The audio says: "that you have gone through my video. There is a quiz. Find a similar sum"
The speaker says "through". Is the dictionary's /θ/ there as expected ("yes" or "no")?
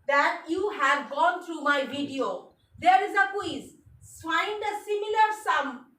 no